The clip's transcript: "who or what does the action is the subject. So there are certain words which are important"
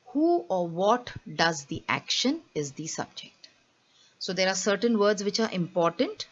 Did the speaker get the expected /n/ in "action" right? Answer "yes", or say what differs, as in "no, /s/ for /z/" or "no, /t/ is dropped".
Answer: yes